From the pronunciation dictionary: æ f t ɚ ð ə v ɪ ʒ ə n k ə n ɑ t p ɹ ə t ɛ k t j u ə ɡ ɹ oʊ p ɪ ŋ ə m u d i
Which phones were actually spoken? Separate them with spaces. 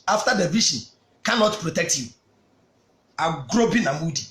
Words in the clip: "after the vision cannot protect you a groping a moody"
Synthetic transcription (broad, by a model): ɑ f t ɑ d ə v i ʃ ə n k ə n ɑ t p ɹ ə t ɛ k t j u ə ɡ ɹ oʊ b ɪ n ə m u d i